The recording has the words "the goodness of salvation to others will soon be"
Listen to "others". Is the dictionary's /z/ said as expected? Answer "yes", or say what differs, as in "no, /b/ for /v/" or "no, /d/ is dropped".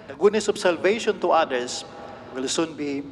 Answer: no, /s/ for /z/